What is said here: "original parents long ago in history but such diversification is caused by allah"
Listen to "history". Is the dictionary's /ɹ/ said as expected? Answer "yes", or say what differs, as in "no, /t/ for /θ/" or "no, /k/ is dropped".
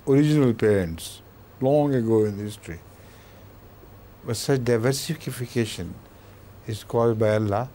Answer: yes